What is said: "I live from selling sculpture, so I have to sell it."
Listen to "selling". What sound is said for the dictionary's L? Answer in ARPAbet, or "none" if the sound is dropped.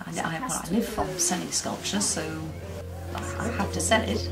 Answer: N